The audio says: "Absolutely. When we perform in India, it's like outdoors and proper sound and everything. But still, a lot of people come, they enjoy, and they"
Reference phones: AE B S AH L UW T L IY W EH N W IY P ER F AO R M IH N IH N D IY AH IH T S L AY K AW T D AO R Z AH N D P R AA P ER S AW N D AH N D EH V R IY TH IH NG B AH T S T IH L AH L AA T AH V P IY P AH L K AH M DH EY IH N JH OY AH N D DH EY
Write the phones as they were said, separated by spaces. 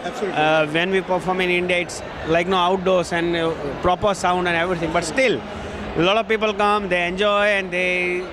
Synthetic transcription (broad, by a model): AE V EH N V IY P ER F AO R M IH N IH N D IY AH IH T S L AY K AW T D AO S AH N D P R AA P ER S AW N D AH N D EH V R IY T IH NG B AH T S T IH L L AA T AH V P IY P AH L K AH M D EY IH N JH OY AH N D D EY